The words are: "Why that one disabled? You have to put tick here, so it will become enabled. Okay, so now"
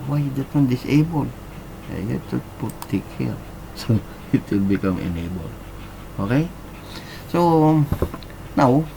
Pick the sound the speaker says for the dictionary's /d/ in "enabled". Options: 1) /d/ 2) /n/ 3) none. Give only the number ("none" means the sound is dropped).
3